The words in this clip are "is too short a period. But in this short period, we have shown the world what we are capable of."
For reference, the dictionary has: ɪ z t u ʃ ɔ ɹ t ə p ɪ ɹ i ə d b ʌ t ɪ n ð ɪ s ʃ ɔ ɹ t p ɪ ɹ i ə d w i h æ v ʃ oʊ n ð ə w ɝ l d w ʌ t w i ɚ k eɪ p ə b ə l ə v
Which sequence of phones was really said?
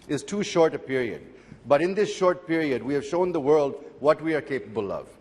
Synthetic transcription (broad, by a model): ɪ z t u ʃ ɔ ɹ t ə p ɪ ɹ i ə d b ʌ t ɪ n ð ɪ s ʃ ɔ ɹ t p ɪ ɹ i ə d w i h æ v ʃ oʊ n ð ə w ɝ l d w ʌ t w i ɚ k eɪ p ə b ə l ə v